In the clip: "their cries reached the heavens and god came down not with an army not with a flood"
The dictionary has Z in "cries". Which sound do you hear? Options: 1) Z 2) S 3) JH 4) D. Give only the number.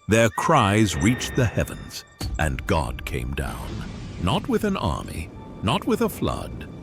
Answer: 1